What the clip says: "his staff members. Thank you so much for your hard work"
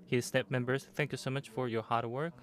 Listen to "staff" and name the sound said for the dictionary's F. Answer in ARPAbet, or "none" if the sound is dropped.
P